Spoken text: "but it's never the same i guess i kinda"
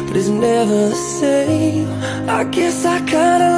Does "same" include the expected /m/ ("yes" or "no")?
no